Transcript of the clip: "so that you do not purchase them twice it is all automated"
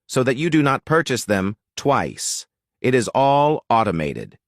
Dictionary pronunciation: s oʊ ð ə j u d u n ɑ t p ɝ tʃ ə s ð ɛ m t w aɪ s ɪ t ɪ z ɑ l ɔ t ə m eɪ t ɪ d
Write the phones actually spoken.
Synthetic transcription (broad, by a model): s oʊ ð ə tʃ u d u n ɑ t p ɝ tʃ ə s ð ɛ m t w aɪ s ɪ t ɪ z ɑ l ɔ t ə m eɪ t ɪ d